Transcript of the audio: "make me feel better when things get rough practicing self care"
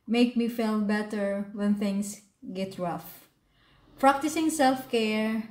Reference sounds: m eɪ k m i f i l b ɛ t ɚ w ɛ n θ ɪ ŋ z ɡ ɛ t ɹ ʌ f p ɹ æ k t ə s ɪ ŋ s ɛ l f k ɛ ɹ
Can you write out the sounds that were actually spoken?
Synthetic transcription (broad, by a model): m eɪ k m i f i l b ɛ t ɚ w ɛ n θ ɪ ŋ s ɡ ɛ t ɹ ʌ f p ɹ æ k t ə s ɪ ŋ s ɛ l f k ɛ ɹ